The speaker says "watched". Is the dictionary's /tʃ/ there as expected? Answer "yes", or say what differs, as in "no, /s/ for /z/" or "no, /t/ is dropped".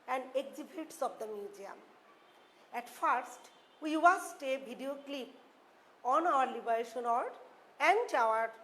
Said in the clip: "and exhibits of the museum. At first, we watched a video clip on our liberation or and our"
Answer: no, /s/ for /tʃ/